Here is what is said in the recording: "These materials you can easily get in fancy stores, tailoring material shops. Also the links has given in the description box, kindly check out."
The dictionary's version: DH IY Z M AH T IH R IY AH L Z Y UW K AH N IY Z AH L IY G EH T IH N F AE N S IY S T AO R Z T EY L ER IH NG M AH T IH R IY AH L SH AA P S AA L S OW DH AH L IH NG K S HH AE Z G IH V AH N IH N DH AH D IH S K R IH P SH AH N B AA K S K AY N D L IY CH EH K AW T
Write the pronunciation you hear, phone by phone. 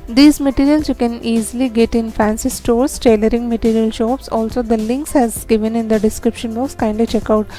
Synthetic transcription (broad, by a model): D IY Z M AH T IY R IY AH L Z Y UW K AH N IY Z AH L IY G EH T IH N F AE N S IY S T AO R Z T EY L ER IH NG M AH T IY R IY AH L SH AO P S AA L S OW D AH L IH NG K S HH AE Z G IH V AH N IH N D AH D IH S K R IH P SH AH N B AA K S K AY N D IY CH EH K AW T